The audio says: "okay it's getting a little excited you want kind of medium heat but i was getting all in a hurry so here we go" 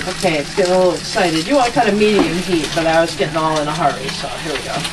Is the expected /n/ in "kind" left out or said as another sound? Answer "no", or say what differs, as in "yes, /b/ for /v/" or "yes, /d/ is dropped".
yes, /n/ is dropped